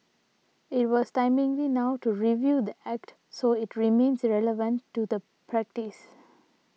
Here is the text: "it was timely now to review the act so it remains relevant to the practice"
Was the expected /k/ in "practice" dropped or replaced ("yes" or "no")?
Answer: no